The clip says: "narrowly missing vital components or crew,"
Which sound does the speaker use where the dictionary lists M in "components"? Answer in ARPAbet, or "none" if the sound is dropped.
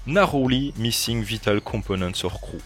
none